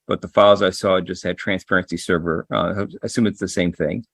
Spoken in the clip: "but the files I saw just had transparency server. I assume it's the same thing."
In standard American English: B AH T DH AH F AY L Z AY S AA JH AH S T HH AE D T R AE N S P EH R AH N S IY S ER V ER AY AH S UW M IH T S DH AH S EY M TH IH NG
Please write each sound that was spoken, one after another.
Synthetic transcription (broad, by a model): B AH T DH AH F AY L Z AY S AA JH AH S T HH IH D T R AE N S P EH R AH N S IY S ER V ER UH AH S UW M IH T S DH AH S EY M TH IH NG